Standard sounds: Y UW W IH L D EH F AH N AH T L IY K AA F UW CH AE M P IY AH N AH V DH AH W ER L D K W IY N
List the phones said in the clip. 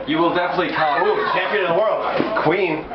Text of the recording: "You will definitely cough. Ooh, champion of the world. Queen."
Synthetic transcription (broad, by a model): Y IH W IH L D EH F AH N AH T L IY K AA UW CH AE M P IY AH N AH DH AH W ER L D K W IY N